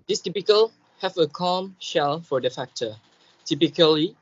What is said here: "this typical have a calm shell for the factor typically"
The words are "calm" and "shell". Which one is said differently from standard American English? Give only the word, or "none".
none